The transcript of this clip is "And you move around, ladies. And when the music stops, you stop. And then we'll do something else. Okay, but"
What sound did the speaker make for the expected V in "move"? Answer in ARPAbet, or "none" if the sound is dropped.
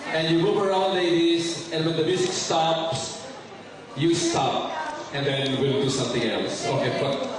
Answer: B